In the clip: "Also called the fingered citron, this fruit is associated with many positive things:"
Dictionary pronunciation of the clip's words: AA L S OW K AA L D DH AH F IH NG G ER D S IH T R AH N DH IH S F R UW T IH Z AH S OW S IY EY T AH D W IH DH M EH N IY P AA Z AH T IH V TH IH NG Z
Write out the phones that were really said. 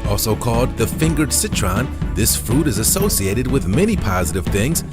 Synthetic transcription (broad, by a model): AA L S OW K AA L D DH AH F IH NG G ER D S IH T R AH N DH IH S F R UW T IH Z AH S OW S IY EY T AH D W IH DH M EH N IY P AA Z AH T IH V TH IH NG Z